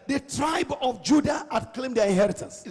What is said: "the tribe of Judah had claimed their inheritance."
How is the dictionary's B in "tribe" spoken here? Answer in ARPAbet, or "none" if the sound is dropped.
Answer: B